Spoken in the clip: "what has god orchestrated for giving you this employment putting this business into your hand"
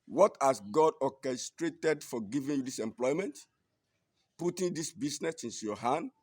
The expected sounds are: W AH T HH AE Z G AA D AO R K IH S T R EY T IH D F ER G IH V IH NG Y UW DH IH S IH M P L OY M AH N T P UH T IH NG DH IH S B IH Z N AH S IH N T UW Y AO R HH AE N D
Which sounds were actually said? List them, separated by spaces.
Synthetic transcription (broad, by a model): W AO T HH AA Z G AA D AO K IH S T R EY T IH D F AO G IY V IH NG Y UW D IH S IH M P L OY M AH N T P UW T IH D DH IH S B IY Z N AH S IH N T UW Y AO HH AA N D